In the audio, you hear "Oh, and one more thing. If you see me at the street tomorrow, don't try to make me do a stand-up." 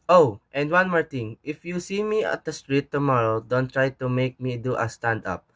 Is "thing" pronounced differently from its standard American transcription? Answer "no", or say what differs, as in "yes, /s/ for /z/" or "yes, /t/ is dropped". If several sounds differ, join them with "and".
yes, /t/ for /θ/